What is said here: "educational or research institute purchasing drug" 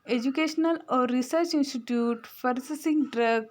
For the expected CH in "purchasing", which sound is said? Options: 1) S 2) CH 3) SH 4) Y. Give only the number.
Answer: 1